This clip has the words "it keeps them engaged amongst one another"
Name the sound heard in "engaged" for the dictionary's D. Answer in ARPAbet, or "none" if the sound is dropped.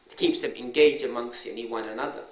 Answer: none